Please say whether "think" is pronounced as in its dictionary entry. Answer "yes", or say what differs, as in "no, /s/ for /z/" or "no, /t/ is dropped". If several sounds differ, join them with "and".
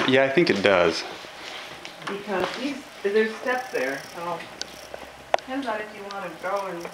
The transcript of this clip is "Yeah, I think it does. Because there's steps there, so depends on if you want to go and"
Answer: yes